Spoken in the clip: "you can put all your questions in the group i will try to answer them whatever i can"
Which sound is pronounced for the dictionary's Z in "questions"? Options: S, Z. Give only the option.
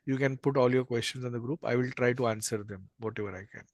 S